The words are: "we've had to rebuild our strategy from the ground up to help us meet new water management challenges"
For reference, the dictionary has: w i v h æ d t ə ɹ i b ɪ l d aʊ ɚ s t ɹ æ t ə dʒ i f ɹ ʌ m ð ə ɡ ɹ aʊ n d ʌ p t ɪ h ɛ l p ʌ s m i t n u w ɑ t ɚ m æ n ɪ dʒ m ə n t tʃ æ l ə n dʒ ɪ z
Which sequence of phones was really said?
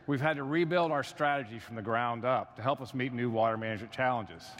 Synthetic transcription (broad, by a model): w i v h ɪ d t ə ɹ i b ɪ l d aʊ ɚ s t ɹ æ t ə dʒ i f ɹ ʌ m ð ə ɡ ɹ aʊ n d ʌ p t ɪ h ɛ l p ʌ s m i t n u w ɑ t ɚ m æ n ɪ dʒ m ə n tʃ æ l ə n dʒ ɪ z